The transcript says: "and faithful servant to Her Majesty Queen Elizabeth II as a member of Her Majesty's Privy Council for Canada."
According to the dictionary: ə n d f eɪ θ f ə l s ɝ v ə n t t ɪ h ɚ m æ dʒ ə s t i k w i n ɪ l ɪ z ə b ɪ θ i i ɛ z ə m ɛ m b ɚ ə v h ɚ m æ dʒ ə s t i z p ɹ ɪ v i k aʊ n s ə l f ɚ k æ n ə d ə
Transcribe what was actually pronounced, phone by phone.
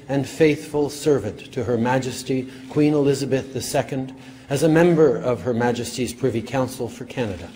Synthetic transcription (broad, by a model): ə n f eɪ θ f ə l s ɝ v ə n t t ɪ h ɚ m æ dʒ ə s t i k w i n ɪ l ɪ z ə b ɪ θ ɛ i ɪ z ə m ɛ m b ɚ ə v ɚ m æ dʒ ə s t i z p ɹ ɪ v i k aʊ n s l f ɚ k æ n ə d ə